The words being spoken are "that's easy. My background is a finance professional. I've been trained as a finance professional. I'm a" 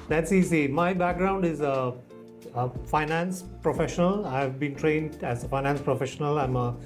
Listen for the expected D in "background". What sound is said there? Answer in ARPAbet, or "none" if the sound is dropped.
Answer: D